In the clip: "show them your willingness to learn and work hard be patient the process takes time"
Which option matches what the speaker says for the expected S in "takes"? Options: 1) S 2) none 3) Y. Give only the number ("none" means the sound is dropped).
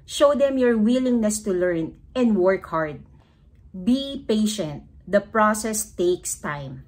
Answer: 1